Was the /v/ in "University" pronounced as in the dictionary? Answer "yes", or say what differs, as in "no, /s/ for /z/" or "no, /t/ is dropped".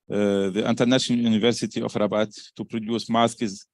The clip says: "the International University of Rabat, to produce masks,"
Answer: yes